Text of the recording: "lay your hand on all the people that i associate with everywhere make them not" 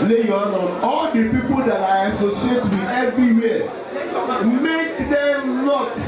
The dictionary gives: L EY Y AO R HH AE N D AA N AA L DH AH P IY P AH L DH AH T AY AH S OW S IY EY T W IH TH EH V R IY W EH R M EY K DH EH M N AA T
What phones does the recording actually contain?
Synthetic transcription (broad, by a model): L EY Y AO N AA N AA L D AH P IY P AH L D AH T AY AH S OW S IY EY T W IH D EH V R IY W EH M EY K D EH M N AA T